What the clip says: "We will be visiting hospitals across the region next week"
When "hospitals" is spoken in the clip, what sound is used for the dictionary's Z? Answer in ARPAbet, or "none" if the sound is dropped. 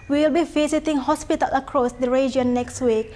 none